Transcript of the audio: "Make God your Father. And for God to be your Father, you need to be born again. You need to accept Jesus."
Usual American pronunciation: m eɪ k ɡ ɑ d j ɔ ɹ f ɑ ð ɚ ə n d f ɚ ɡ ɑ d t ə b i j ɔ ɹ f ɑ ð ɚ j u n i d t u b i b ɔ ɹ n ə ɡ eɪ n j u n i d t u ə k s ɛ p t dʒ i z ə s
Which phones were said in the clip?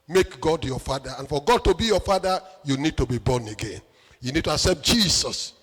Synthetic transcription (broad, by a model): m eɪ k ɡ ɑ d j ɔ f ɑ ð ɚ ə n f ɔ ɡ ɑ d t ə b i j ɔ f ɑ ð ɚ j u n i d t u b i b ɔ n ə ɡ eɪ n j u n i d t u ə k s ɛ p t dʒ i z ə s